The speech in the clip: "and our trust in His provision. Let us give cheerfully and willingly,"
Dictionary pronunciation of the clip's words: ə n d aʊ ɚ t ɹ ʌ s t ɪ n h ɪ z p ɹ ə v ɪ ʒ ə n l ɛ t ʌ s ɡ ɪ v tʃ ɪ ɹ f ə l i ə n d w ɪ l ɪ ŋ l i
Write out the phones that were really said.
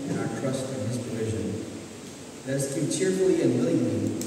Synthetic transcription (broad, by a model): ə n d aʊ ɚ t ɹ ʌ s t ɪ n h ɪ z p ɹ ə v ɪ ʒ ə n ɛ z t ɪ tʃ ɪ ɹ f l i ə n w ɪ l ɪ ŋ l i